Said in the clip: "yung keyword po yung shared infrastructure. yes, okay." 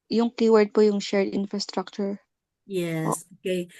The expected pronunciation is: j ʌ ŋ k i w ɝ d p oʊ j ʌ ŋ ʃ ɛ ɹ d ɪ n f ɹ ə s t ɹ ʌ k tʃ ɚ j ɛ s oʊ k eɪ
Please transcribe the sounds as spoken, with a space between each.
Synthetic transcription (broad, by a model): j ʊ ŋ k i w ɝ d p oʊ j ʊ ŋ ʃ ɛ ɹ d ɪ n f ɹ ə s t ɹ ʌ k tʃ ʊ j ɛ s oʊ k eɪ